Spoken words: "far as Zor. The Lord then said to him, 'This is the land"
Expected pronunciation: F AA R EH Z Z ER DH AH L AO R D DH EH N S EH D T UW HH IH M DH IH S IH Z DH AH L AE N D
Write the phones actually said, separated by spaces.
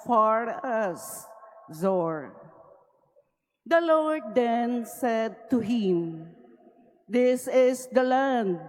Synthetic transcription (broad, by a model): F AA R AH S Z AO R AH L AO R D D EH N S EH D T UW HH IH M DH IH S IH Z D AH L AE N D